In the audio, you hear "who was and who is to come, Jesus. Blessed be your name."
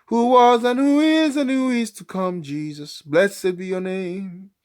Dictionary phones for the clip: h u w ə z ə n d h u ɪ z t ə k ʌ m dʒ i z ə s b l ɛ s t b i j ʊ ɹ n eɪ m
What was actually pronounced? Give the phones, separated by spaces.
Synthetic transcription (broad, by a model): h u w ə z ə n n h u ɪ z t ə k ʌ m dʒ i z ə s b l ɛ s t b i j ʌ ɹ n eɪ m